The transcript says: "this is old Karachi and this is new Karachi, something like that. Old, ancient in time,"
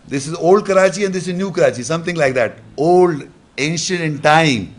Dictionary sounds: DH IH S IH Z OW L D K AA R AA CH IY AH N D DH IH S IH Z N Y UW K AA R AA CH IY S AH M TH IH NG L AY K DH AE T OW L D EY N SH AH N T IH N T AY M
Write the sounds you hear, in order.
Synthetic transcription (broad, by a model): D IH S IH Z OW L D K AA R AA CH IY AH N D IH S IH Z N Y UW K AA R AA CH IY S AH M T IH NG L AY K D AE T OW L D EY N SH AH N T IH N T AY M